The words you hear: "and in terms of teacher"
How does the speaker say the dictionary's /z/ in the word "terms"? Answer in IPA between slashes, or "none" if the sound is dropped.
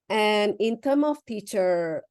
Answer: none